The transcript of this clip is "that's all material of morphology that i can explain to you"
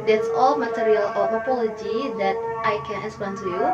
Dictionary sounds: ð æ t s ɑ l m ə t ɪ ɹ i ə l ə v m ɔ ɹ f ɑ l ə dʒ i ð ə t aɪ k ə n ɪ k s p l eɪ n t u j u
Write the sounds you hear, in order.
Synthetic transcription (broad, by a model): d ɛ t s ɑ l m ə t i ɹ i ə l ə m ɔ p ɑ l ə dʒ i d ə t aɪ k ə n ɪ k s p eɪ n t u j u